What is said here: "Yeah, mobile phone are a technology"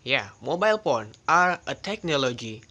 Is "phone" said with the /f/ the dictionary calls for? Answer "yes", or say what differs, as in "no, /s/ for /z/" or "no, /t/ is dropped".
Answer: no, /p/ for /f/